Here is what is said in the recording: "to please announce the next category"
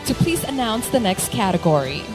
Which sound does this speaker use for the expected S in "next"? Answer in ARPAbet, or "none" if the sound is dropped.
S